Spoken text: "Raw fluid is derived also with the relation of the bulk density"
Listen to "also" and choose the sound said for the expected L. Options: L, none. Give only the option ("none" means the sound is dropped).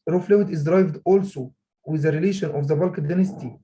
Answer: L